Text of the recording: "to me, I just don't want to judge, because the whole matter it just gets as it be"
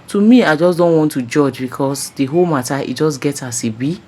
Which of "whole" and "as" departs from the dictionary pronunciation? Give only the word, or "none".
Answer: as